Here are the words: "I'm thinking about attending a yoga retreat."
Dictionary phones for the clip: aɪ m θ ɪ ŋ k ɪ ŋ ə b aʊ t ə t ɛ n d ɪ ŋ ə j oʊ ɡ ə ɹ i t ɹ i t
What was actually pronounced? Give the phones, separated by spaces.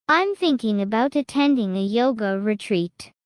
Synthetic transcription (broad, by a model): aɪ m θ ɪ ŋ k ɪ ŋ ə b aʊ t ə t ɛ n d ɪ ŋ ə j oʊ ɡ ə ɹ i t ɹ i t